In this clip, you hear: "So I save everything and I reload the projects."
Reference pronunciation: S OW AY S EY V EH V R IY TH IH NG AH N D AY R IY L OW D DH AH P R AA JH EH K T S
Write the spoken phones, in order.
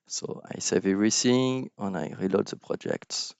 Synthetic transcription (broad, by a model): S OW AY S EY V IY R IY S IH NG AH N AY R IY L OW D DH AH P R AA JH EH K T S